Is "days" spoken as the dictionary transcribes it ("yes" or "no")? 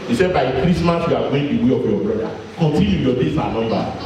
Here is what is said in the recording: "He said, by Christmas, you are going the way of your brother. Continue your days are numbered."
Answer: no